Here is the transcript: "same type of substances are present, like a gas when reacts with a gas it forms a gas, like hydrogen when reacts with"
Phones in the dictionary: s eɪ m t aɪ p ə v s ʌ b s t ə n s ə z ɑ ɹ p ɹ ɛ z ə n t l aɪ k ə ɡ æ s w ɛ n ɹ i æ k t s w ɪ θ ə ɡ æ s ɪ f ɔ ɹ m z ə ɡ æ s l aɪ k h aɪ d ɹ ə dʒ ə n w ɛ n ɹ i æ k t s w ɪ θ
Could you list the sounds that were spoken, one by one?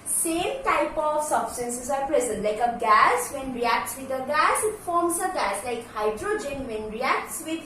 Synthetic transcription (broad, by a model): s eɪ m t aɪ p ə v s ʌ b s t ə n s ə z ɑ ɹ p ɹ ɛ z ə n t l aɪ k ə ɡ æ s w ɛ n ɹ i æ k t s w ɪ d ə ɡ æ s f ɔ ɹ m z ə ɡ æ s l aɪ k h aɪ d ɹ ə dʒ ə n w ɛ n ɹ i æ k t s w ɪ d